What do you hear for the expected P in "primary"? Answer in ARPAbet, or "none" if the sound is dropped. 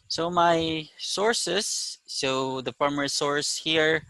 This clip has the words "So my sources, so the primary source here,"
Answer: F